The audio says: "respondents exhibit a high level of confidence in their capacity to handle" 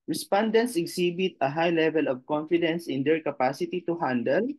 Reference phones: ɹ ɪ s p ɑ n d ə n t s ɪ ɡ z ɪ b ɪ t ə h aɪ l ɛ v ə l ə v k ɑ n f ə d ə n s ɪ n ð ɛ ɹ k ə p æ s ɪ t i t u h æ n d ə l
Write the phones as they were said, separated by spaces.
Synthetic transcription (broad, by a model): ɹ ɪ s p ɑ n d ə n t s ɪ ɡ s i b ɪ t ə h aɪ l ɛ v ə l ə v k ɑ n f ə d ə n s ɪ n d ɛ ɹ k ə p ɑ s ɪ t i t u h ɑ n d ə l